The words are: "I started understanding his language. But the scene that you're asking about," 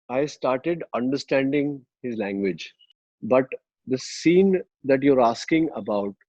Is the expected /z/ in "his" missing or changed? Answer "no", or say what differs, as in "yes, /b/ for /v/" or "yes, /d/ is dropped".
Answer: no